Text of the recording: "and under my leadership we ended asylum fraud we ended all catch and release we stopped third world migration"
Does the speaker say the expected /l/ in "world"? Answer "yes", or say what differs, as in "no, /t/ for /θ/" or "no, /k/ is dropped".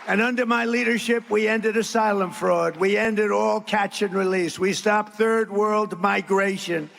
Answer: yes